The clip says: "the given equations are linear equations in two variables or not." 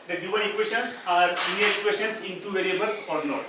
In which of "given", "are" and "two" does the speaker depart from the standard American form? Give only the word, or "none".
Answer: given